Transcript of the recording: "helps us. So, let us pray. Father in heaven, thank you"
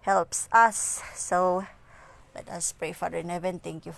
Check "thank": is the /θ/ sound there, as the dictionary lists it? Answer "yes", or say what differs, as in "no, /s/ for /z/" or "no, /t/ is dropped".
no, /t/ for /θ/